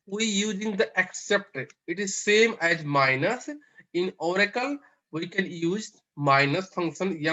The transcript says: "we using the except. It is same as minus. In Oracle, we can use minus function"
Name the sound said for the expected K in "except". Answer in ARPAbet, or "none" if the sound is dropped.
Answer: K